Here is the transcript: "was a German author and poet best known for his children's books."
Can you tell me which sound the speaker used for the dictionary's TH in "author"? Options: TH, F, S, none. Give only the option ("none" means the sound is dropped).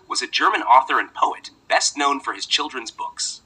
TH